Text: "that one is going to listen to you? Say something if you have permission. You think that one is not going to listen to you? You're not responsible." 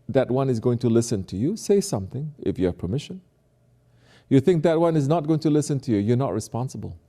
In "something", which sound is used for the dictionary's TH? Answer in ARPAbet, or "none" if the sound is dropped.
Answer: TH